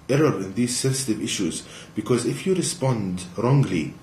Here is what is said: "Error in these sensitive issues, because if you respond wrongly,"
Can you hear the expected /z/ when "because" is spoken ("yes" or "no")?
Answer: yes